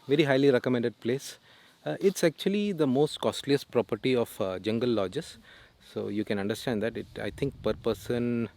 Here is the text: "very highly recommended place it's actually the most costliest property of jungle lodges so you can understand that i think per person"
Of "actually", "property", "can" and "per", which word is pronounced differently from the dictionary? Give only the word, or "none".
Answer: none